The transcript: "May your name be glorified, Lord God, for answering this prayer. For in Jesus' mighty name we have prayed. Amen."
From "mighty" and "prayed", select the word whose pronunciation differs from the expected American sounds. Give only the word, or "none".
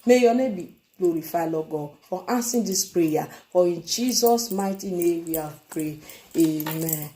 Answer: prayed